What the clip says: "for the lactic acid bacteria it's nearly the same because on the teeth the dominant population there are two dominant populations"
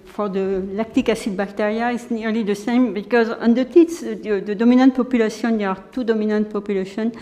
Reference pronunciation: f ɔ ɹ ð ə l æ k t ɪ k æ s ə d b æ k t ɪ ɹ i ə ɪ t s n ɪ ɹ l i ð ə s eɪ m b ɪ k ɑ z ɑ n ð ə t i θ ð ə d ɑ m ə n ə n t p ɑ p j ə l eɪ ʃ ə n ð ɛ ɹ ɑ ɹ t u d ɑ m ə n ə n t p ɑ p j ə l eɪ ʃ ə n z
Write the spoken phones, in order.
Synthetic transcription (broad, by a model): f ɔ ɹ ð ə l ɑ k t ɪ k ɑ s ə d b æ k t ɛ ɹ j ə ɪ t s n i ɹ l i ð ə s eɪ m b ɪ k ɑ z ɑ n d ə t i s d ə d ɑ m ə n ə n t p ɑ p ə l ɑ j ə n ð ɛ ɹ ɑ ɹ t u d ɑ m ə n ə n t p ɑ p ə l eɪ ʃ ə n